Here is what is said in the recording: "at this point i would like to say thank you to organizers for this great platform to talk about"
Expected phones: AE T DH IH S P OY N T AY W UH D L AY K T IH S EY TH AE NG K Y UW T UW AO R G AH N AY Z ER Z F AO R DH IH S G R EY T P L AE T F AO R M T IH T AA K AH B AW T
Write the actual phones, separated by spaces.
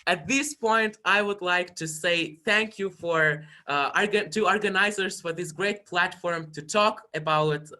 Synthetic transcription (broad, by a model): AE T DH IH S P OY N T AY W UH D L AY K T IH S EY TH AE NG K Y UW T UW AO R G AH N AY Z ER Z F AO R DH IH S G R EY T P L AE T F AO R M T IH T AA K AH B AW T